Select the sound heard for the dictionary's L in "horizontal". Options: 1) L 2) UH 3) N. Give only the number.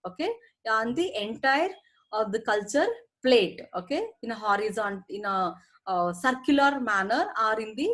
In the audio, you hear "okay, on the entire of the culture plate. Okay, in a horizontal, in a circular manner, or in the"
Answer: 3